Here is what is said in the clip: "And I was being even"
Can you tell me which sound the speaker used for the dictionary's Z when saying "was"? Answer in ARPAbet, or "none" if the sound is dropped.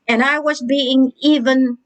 Z